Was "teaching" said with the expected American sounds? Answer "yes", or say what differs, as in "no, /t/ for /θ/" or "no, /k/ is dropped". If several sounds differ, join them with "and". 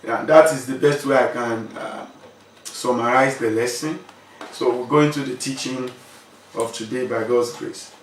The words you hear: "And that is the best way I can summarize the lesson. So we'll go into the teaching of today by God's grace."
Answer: yes